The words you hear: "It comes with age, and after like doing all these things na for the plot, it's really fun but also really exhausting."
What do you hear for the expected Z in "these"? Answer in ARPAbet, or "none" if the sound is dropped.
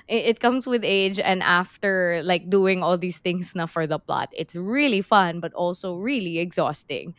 S